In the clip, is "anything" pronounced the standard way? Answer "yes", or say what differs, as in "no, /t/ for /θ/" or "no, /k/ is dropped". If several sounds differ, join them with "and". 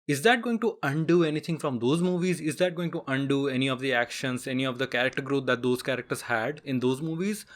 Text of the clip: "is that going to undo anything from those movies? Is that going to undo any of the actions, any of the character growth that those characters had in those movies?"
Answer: no, /t/ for /θ/